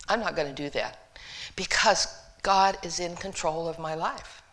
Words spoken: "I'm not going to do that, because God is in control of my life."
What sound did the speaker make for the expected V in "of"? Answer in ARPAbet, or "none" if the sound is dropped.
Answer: V